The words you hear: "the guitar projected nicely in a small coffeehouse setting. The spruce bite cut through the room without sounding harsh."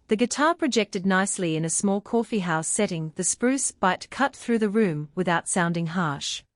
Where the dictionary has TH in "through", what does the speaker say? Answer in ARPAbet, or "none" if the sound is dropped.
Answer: TH